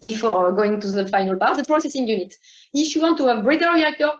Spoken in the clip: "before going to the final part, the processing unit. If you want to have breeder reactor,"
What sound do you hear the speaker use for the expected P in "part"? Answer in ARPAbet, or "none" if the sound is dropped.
B